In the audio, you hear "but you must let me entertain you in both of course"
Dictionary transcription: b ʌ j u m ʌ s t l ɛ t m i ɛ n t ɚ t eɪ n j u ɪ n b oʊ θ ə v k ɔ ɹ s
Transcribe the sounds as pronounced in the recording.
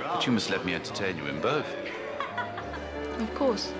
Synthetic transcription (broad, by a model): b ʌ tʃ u m ʌ s t l ɛ t m i ɛ n t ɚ t eɪ n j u ɪ n b oʊ θ ə v k ɔ s